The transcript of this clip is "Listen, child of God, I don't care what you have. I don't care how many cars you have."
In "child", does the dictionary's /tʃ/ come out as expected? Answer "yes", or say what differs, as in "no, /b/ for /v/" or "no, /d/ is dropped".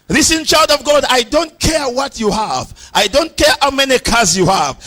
yes